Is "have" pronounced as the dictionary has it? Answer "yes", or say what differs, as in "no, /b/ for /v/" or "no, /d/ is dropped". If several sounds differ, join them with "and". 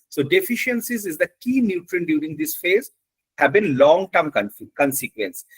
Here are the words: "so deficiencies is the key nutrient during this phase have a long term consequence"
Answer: no, /b/ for /v/